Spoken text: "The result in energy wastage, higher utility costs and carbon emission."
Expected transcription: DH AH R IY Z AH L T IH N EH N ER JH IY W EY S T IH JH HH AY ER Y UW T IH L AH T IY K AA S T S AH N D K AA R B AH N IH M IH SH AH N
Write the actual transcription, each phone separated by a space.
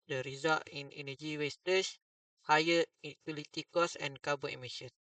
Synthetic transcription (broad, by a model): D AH R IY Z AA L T IH N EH N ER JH IY W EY S T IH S HH AY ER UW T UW L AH T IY K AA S S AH N K AA B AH IH M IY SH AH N